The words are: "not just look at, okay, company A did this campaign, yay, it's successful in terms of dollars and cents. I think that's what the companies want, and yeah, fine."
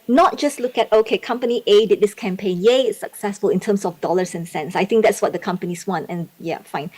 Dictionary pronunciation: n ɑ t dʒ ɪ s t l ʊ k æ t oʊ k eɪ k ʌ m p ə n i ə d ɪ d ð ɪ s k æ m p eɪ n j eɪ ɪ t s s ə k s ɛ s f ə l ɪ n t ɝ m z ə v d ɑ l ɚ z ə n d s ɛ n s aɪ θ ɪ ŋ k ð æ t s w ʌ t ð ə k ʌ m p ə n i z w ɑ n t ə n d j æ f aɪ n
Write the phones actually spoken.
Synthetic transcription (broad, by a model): n ɑ t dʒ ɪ s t l ʊ k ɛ t oʊ k eɪ k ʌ m p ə n i ə d ɪ d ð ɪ s k æ m p eɪ n j eɪ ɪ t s s ə k s ɛ s f ə l ɪ n t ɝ m s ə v d ɑ l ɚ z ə n s ɛ n s aɪ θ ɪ ŋ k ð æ t s w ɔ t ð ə k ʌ m p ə n i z w ɑ n t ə n j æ f aɪ n